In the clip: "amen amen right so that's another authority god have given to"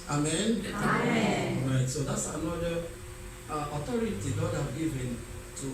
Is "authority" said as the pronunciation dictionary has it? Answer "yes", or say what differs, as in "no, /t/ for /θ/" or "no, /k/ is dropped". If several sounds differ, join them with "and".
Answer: no, /t/ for /θ/